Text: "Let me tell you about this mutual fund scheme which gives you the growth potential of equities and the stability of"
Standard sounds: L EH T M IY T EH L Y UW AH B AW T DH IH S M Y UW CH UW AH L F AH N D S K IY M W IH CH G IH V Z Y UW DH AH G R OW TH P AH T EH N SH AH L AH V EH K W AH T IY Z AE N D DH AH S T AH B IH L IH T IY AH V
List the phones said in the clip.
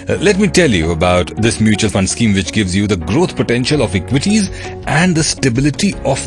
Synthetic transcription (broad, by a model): L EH T M IY T EH L Y UW AH B AW T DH IH S M Y UW CH UW AH L F AH N D S K IY M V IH CH G IH V Z Y UW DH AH G R OW T P AH T EH N SH AH L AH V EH K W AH T IY Z AE N D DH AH S T AH B IH L IH T IY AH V